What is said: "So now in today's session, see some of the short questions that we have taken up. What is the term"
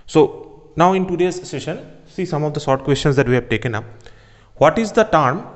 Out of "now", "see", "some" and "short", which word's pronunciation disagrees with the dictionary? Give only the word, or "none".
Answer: short